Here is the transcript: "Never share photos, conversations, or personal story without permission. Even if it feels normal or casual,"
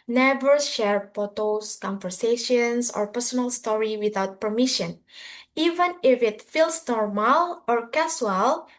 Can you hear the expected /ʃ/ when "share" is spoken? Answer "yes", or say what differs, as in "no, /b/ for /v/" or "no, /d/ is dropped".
yes